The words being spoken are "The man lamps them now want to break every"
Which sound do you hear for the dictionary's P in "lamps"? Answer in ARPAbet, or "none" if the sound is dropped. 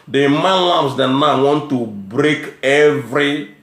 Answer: none